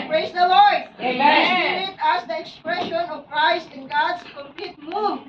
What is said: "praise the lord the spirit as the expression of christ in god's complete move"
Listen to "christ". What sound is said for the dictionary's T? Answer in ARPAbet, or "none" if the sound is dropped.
T